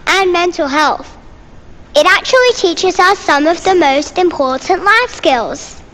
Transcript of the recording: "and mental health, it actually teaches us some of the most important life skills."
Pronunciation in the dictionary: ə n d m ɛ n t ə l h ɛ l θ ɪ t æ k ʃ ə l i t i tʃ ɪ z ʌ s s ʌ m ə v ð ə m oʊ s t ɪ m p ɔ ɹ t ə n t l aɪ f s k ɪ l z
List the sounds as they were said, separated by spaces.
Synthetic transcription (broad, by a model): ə n m ɛ n t ə l h ɛ l θ ɪ t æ k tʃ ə l i t i tʃ ɪ z ʌ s s ʌ m ə v ð ə m oʊ s t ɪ m p ɔ t n t l aɪ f s k ɪ l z